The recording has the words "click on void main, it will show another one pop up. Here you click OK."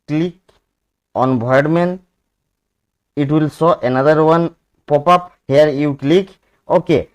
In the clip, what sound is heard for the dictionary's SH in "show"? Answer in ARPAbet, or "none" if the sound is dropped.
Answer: S